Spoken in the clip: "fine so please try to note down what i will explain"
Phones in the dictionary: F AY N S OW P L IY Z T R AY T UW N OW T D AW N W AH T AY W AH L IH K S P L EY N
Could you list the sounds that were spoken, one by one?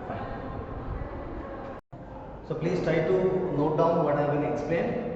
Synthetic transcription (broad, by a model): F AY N S OW P L IY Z T R AY T UW N OW T D AW N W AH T AY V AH N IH K S P L EY N